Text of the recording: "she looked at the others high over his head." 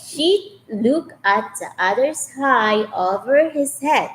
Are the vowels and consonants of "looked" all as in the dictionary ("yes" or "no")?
no